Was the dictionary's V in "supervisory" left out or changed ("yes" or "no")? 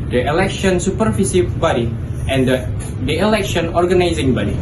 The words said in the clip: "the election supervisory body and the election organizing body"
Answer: yes